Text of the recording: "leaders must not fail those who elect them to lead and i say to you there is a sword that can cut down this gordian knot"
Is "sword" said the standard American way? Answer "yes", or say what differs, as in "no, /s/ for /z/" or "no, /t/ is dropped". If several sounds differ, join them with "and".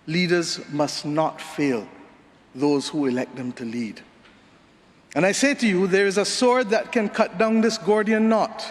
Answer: yes